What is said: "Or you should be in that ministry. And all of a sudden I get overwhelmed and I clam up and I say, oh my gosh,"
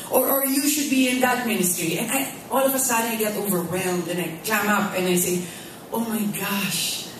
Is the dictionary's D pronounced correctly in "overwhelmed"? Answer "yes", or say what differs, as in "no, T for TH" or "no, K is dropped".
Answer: yes